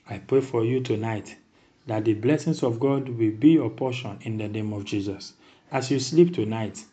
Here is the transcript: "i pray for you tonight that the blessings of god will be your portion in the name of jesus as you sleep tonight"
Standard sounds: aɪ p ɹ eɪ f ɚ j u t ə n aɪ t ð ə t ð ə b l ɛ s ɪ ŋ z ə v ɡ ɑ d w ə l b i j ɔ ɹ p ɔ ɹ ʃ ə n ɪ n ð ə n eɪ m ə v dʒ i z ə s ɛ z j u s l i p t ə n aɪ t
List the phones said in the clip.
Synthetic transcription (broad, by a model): aɪ p ɹ eɪ f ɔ j u t ə n aɪ t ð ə t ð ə b l ɛ s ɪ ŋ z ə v ɡ ɑ d w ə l b i j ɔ p ɔ ʃ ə n ɪ n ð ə n eɪ m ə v dʒ i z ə s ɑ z j u s l i p t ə n aɪ t